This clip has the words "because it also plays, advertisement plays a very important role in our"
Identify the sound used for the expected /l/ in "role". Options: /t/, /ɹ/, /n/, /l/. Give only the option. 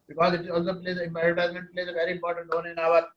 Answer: /n/